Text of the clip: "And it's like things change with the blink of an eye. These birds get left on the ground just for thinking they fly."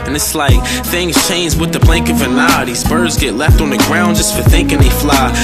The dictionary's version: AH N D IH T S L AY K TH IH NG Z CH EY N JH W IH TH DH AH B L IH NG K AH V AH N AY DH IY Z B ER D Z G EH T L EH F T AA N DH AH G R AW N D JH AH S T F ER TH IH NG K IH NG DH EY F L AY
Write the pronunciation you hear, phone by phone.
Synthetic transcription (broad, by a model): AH N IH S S L AY K TH IH NG Z CH EY N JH W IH DH AH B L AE NG K AH V AH N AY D IY S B ER Z G EH T L EH F T N DH AH G R AW N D JH AH S T F ER TH IH NG K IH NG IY F L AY